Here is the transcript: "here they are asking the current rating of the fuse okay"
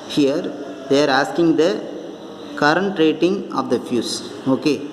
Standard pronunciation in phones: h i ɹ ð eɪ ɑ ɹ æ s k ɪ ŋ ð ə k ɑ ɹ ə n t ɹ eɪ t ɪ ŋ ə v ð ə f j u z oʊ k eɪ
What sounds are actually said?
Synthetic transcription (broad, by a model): h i ɹ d eɪ ɑ ɹ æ s k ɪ ŋ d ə k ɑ ɹ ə n t ɹ eɪ t ɪ ŋ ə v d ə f j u s oʊ k eɪ